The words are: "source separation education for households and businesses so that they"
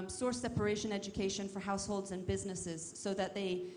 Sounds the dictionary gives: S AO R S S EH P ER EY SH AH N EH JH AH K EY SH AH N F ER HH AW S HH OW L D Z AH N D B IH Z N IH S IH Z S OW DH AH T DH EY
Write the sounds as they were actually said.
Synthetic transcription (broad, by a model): S AO R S S EH P ER EY SH AH N EH JH AH K EY SH AH N F ER HH AW S HH OW L D Z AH N B IH Z N IH S IH Z S OW DH AH T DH EY